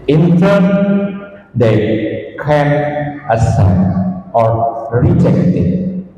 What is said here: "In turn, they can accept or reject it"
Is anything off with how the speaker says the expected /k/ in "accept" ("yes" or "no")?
yes